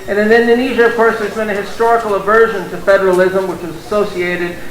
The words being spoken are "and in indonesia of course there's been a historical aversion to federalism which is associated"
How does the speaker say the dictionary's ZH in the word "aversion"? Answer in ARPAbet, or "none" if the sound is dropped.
ZH